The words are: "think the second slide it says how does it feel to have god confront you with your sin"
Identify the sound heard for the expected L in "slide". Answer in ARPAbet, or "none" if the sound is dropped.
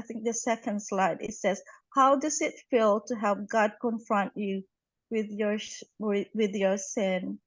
L